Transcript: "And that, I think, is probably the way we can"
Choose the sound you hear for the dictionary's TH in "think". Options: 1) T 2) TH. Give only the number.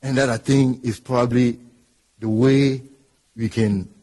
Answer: 1